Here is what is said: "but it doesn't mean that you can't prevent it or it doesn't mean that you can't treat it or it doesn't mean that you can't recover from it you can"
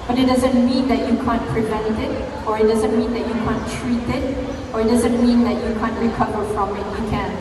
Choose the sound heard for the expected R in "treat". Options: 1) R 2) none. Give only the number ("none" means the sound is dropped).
1